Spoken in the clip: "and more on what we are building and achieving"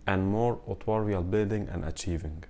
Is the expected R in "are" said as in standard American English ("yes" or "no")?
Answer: no